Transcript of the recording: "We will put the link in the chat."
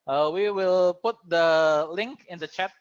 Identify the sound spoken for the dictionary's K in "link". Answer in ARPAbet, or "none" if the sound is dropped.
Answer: K